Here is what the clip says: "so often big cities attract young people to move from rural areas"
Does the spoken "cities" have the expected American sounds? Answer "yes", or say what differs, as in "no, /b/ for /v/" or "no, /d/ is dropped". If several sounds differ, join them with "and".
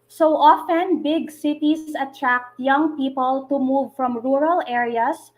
no, /s/ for /z/